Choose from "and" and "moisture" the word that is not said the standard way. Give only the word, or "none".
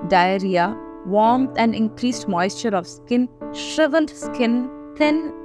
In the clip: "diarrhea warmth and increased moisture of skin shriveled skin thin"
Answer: none